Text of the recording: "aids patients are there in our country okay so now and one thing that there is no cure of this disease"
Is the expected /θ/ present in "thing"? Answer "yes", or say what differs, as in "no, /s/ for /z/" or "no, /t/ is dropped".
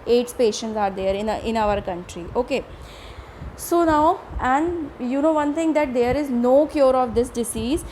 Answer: no, /t/ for /θ/